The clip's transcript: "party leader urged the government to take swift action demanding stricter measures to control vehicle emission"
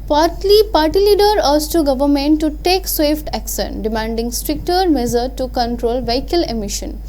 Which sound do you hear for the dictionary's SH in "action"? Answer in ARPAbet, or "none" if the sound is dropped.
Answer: S